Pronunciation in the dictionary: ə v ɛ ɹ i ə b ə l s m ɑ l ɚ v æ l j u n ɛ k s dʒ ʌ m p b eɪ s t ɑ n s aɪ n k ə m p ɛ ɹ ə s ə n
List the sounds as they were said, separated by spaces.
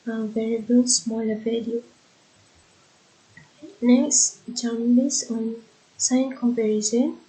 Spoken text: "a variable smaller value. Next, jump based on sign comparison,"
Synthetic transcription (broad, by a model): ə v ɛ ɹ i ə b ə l s m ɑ l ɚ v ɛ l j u n ɛ k s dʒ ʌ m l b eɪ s ɑ n s aɪ n k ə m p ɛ ɹ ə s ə n